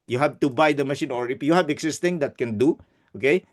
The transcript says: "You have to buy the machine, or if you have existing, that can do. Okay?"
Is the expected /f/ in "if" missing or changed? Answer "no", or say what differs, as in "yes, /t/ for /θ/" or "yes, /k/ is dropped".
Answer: yes, /p/ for /f/